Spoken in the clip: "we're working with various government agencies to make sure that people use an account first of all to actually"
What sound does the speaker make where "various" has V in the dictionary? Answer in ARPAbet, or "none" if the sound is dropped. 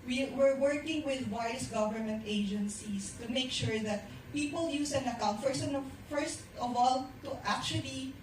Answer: W